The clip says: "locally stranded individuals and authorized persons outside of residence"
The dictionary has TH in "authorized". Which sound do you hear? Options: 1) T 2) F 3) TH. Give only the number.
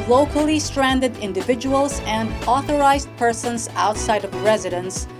3